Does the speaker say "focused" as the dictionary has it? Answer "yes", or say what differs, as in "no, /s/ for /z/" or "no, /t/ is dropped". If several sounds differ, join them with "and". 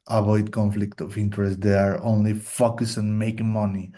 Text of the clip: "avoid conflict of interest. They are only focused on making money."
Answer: no, /t/ is dropped